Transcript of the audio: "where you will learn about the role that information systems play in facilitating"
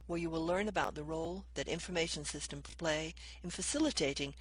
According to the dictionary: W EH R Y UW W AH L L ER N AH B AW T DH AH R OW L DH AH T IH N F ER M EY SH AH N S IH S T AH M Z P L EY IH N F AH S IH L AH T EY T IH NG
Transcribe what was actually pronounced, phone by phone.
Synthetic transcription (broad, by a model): W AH R Y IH W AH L L ER N AH B AW T DH AH R OW L DH AH T IH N F ER M EY SH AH N S IH S T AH M P L EY IH N F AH S IH L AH T EY T IH NG